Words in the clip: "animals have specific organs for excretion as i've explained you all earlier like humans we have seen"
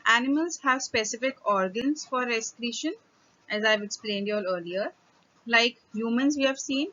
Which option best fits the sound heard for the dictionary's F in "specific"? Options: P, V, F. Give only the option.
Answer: F